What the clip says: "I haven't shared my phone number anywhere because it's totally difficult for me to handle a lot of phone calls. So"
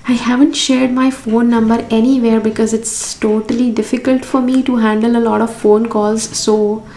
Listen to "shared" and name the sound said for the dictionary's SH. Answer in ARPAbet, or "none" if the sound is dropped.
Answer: SH